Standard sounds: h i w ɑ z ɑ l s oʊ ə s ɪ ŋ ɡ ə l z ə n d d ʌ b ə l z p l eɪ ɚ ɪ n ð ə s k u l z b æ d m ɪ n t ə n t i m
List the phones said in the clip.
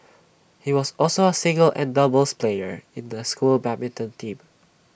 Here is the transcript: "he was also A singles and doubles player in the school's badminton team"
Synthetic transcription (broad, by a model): h i w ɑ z ɑ l s oʊ ə s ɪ ŋ ɡ ə l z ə n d d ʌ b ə l s p l eɪ ɚ ɪ n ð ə s k u l b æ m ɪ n t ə n t i m